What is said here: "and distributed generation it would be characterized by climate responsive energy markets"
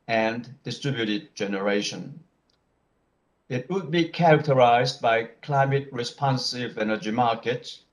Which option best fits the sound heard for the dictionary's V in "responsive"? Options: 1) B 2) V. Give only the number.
2